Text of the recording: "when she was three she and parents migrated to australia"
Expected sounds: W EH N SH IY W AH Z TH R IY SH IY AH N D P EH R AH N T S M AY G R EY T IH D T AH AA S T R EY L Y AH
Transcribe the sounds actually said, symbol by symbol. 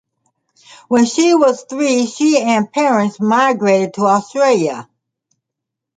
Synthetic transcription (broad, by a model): W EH N SH IY W AH Z TH R IY SH IY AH N P EH R AH N T S M AY G R EY T IH D T AH AA S T R EY L Y AH